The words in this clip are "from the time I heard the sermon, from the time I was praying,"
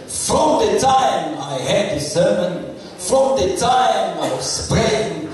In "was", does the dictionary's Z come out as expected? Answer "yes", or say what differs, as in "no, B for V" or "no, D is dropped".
no, S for Z